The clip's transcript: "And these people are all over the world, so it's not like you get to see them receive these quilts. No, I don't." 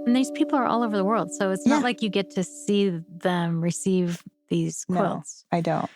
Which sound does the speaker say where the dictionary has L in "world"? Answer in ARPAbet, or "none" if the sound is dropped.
L